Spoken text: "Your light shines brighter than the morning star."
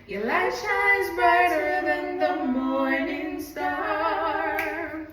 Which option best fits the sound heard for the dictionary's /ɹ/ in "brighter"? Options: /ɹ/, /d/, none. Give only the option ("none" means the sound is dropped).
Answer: none